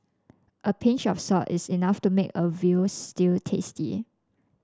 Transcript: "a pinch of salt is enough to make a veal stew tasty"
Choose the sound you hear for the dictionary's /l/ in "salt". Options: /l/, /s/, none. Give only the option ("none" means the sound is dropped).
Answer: none